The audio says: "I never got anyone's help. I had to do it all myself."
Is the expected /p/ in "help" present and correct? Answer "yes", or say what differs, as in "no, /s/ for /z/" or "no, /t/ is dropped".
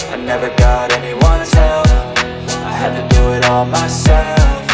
no, /f/ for /p/